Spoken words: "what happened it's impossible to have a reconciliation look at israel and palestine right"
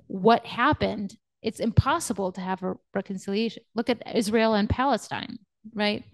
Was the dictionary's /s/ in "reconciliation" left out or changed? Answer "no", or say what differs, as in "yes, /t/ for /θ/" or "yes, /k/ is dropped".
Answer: no